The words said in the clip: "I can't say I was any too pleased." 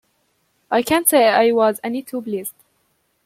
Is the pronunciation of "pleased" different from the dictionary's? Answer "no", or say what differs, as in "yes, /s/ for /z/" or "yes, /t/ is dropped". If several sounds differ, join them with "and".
yes, /b/ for /p/